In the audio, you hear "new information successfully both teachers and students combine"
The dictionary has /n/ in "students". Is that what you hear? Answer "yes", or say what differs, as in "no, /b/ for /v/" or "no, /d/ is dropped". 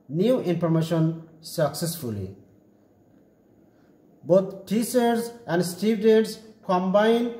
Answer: no, /n/ is dropped